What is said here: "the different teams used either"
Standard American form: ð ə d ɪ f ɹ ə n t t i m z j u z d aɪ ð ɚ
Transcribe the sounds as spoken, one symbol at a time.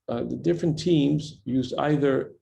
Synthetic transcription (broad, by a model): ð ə d ɪ f ɹ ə n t t i m z j u z d aɪ ð ɚ